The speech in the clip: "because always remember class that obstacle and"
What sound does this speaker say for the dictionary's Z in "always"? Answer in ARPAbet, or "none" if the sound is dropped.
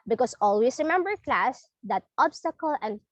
S